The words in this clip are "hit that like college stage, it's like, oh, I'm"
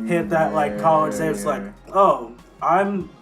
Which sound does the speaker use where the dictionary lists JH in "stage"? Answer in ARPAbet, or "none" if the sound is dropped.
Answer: none